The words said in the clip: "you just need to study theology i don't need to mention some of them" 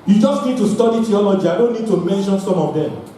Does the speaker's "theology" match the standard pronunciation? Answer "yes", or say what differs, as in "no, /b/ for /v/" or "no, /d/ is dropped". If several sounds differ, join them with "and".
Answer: no, /t/ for /θ/